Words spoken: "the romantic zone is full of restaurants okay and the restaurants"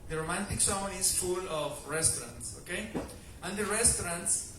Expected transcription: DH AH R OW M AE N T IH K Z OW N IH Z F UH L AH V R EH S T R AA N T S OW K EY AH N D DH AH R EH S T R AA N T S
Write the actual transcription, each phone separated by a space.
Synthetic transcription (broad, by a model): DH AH R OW M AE N T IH K S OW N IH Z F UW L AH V R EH S T R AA N T S OW K EY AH N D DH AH R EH S T R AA N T S